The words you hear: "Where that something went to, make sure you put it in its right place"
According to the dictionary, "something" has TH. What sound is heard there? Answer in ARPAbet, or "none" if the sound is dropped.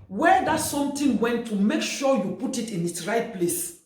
T